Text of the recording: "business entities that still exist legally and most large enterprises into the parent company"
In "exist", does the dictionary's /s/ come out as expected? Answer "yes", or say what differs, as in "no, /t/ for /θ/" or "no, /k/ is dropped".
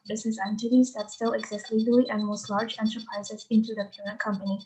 yes